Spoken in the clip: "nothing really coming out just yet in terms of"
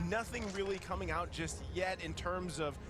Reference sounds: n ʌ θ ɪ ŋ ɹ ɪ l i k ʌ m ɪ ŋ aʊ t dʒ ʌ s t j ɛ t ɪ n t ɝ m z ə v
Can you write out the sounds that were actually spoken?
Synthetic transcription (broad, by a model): n ʌ θ ɪ ŋ ɹ ɪ l i k ʌ m ɪ ŋ aʊ t dʒ ʌ s t j ɛ t ɪ n t ɝ m z ə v